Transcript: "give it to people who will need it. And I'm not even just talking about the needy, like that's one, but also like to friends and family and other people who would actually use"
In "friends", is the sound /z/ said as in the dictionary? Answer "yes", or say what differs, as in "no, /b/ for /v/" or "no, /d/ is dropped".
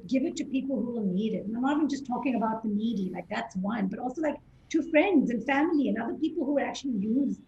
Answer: yes